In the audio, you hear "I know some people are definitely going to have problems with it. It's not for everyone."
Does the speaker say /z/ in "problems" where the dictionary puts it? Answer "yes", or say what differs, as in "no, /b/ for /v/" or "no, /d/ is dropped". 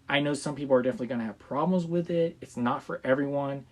yes